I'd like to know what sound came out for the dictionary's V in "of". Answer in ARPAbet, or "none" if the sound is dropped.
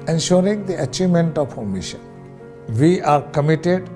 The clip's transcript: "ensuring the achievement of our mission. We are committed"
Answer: P